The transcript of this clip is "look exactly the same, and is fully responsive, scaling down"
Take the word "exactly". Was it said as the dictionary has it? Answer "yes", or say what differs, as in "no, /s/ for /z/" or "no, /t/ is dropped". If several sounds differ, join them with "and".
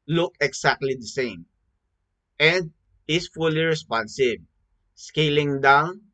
no, /s/ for /z/